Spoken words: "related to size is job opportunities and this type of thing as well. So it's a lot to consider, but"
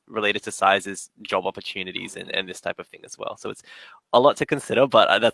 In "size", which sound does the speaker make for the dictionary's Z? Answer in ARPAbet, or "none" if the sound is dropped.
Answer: Z